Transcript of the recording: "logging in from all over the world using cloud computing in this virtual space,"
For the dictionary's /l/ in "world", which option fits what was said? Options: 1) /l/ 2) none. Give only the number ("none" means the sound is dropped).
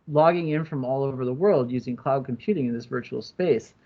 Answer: 1